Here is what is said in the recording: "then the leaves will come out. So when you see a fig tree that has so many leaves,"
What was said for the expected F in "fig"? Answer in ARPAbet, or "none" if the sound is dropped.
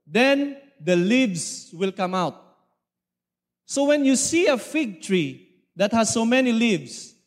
F